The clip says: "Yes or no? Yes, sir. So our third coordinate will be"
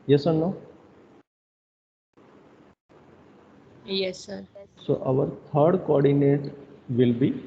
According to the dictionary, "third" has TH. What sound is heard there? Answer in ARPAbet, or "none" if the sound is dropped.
T